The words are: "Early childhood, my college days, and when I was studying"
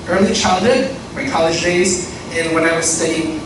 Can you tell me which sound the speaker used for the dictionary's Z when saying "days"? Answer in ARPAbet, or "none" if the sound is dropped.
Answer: Z